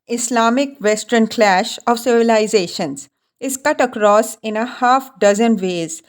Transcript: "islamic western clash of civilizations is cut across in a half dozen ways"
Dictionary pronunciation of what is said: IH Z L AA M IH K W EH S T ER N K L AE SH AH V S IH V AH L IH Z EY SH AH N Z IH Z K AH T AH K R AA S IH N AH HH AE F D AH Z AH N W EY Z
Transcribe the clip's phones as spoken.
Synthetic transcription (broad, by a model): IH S L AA M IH K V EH S T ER N K L AE SH AH V S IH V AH L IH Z EY SH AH N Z IH Z K AH T AH K R AA S IH N AH HH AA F D AH Z AH N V EY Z